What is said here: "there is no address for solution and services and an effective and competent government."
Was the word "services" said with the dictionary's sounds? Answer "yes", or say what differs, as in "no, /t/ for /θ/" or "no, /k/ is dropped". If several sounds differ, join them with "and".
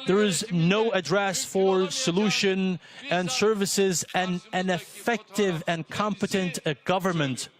yes